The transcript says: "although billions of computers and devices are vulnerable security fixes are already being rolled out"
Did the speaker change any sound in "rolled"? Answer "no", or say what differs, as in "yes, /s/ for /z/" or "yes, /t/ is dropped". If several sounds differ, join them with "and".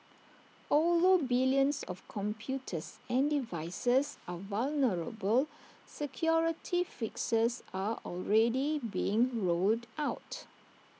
no